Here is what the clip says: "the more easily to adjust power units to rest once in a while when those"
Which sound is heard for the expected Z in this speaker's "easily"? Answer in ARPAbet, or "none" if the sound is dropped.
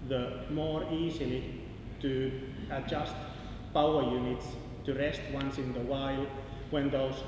S